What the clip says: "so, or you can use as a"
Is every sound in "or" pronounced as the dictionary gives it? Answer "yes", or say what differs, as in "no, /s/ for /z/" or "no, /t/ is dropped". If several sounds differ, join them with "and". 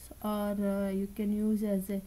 yes